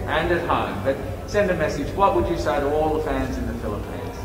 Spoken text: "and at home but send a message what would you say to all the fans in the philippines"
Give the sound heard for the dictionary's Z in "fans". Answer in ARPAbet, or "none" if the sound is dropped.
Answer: Z